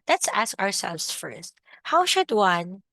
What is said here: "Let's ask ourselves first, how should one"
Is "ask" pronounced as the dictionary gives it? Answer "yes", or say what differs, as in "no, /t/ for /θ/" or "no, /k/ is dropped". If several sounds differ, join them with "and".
yes